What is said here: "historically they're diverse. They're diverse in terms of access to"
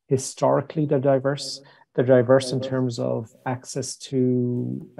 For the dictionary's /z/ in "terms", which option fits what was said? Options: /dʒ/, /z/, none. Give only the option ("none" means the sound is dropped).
/z/